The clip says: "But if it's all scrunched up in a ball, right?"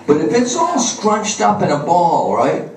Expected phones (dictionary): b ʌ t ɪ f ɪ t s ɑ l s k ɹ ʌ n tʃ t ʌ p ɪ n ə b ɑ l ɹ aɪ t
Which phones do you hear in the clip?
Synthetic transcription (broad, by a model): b ʌ t ɪ f ɪ t s ɑ l s k ɹ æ tʃ t ʌ p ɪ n ə b ɑ l ɹ aɪ t